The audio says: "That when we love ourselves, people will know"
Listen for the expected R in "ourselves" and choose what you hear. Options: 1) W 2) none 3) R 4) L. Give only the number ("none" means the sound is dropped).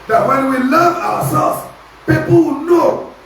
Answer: 1